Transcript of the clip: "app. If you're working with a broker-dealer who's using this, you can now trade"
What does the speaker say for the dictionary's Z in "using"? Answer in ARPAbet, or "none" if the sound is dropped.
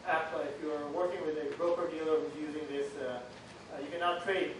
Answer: Z